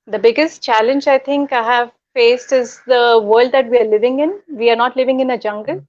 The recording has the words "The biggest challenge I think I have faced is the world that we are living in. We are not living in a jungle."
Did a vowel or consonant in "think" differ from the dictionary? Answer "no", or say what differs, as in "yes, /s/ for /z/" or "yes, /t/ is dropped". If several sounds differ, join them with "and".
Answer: yes, /t/ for /θ/